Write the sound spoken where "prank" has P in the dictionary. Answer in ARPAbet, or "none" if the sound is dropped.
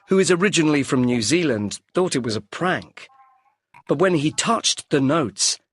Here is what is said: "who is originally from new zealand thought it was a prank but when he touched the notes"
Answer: P